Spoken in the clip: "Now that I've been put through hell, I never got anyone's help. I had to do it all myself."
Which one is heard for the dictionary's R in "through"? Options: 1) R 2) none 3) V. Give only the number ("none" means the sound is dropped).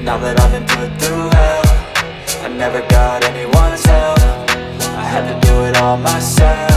2